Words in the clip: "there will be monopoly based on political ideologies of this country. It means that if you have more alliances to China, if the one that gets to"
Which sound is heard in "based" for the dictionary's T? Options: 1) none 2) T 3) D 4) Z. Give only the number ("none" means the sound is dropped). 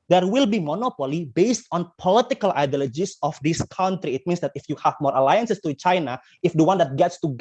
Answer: 2